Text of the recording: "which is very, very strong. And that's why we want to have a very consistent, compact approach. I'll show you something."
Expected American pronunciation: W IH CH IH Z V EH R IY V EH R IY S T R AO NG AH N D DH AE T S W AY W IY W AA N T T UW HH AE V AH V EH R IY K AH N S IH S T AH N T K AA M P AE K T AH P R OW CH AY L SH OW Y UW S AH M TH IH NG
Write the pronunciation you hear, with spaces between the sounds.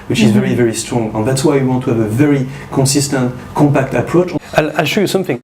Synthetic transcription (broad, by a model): W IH CH IH Z V EH R IY V EH R IY S T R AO NG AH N DH AE T S W AY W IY W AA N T T UW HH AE V AH V EH R IY K AH N S IH S T AH N T K AA M P AE K T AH P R OW CH AY L SH OW Y UW S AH M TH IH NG